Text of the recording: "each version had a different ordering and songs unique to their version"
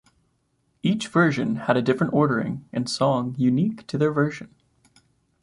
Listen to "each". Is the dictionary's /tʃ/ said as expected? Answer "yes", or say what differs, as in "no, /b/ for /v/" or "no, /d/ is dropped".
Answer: yes